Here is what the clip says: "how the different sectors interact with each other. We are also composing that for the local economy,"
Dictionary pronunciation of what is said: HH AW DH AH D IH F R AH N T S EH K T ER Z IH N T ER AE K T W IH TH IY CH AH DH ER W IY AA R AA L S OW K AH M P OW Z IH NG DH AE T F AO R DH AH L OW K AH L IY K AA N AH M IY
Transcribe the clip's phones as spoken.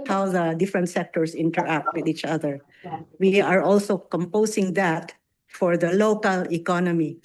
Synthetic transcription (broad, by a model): HH AW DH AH D IH F R AH N T S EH K T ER S IH N T ER AE K T W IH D IY CH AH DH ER W IY AA R AA L S OW K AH M P OW S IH NG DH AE T F AO R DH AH L OW K AH L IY K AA N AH M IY